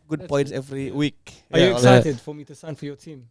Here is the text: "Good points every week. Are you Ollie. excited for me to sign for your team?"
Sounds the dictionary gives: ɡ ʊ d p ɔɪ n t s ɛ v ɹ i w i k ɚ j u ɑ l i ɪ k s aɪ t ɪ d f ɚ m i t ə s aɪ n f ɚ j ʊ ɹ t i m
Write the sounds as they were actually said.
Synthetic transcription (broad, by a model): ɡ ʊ d b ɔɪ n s ɛ v ɹ i w i k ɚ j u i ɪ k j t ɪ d f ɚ m i t ə s aɪ n f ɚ j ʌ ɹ t i m